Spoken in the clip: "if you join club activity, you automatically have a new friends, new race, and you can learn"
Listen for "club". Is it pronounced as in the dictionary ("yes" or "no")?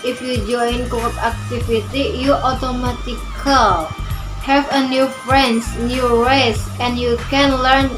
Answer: no